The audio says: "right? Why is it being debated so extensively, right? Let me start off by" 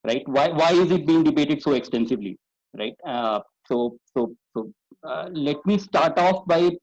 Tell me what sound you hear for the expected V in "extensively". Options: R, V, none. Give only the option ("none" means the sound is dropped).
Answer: V